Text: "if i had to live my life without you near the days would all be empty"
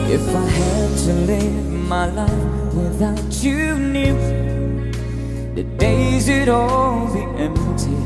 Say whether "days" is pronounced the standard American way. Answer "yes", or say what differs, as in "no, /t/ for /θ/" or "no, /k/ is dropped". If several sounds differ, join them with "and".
yes